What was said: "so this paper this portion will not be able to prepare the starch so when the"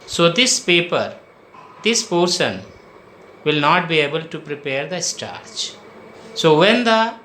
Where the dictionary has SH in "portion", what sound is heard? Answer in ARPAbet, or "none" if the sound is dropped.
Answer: S